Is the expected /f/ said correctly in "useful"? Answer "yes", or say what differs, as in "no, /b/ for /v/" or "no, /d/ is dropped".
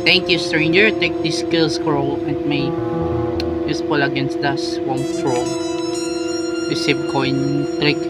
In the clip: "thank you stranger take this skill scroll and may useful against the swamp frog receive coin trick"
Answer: no, /p/ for /f/